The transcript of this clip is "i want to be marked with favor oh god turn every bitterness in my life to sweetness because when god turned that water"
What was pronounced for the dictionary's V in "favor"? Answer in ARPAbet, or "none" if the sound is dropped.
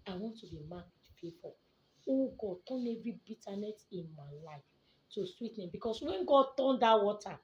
P